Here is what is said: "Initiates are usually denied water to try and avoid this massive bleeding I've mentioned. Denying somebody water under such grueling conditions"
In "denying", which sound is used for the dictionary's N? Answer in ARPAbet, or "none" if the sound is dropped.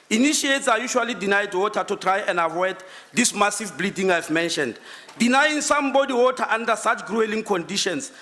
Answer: N